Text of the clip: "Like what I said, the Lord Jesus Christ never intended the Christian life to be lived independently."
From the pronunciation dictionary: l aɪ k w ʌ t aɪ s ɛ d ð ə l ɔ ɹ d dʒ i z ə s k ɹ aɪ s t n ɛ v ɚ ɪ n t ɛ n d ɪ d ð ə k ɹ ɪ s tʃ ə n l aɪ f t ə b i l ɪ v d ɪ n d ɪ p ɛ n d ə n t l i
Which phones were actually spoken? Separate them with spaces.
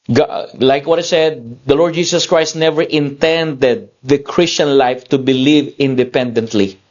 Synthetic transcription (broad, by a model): l aɪ k w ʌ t aɪ s ɛ d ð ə l ɔ ɹ d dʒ i s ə s k ɹ aɪ s t n ɛ v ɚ ɪ n t ɛ n d ɪ d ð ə k ɹ ɪ s tʃ ə n l aɪ f t ə b i l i v ɪ n d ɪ p ɛ n d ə n t l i